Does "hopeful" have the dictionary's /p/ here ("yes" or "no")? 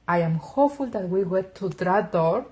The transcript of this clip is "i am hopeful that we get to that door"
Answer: no